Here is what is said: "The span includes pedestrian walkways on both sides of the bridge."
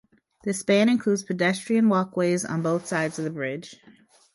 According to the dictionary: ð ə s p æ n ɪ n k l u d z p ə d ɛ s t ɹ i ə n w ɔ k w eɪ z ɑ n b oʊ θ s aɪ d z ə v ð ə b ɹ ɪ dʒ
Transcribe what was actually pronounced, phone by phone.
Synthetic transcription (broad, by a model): ð ə s b æ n ɪ n k l u d z p ə d ɛ s t ɹ i ə n w ɔ k w eɪ z n b oʊ θ s aɪ d z ə v ð ə b ɹ ɪ dʒ